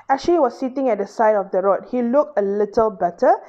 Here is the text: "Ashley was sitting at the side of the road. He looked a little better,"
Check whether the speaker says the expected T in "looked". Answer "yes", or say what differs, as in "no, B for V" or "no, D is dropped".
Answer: yes